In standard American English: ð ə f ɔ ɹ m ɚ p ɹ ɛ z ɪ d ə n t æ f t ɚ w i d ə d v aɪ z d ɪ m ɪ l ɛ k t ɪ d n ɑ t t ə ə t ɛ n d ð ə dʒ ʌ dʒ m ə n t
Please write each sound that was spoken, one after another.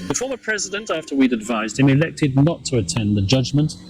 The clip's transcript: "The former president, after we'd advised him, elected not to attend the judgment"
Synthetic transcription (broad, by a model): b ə f ɔ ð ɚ p ɹ ɛ z ɪ d ə n t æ f t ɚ w i d ə d v aɪ z d ɪ m ɪ l ɛ k t ɪ d n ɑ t t ə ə t ɛ n ð ə dʒ ʌ dʒ m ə n t